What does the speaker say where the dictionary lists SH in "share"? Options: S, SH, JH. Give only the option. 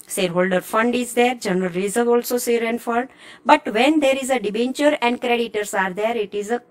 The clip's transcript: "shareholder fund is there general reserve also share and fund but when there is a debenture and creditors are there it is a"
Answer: S